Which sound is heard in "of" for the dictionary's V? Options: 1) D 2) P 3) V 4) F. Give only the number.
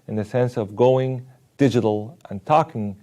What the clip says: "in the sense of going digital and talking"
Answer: 3